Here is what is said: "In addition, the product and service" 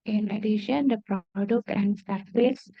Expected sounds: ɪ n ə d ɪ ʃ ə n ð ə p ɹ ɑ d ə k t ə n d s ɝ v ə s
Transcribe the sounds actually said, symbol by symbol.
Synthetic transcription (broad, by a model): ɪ n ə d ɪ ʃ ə n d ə p ɹ ɑ d ə k t ə n d s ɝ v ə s